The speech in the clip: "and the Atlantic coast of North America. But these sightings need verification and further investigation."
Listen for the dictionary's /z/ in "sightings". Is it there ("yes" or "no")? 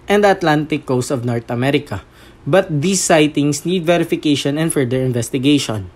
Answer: no